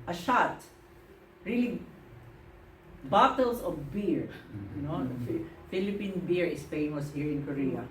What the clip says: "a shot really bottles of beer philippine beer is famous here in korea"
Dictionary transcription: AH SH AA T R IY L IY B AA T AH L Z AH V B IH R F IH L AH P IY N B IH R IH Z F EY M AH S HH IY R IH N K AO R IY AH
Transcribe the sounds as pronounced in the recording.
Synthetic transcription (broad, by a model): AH SH AA T R IY L IY B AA T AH L S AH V B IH R F IH L AH P IY N B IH R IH S F EY M AH S HH IY R IH N K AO R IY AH